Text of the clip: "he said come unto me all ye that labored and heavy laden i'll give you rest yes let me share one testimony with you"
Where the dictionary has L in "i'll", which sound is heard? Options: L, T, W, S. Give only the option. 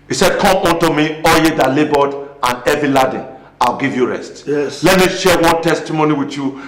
L